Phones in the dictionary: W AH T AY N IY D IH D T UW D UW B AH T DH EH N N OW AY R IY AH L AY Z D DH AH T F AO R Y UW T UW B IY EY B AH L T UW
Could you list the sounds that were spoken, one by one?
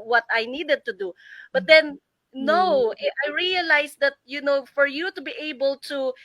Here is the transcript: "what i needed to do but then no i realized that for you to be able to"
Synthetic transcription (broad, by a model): W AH T AY N IY D IH D T UW D UW B AH T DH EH N N OW AY R IY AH L AY S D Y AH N F AO R Y UW T UW B IY EY B AH L T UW